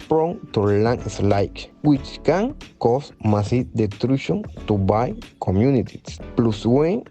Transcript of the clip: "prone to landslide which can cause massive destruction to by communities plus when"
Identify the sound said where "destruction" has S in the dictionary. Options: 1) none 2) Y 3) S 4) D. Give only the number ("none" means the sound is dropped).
1